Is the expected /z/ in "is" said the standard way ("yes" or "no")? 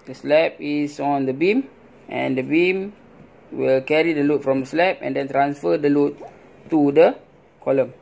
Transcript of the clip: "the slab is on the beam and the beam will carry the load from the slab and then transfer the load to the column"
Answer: no